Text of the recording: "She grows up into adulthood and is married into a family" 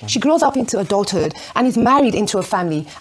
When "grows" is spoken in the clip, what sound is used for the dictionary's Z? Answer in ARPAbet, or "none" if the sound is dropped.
Z